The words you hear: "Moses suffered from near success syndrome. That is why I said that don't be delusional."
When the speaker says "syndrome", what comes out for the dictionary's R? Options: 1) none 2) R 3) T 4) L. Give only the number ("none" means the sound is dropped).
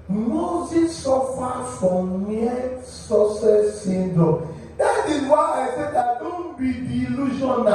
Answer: 1